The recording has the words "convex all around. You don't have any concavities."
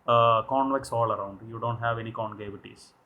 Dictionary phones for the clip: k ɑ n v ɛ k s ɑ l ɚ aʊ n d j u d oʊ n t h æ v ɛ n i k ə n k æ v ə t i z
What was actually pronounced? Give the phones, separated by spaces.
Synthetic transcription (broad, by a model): k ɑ n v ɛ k s ɑ l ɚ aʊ n d j u d oʊ n t h æ v ɛ n i k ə n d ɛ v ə t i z